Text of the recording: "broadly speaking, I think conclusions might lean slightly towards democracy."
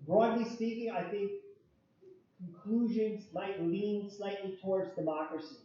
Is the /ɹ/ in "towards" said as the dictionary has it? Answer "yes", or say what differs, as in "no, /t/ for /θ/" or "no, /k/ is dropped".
yes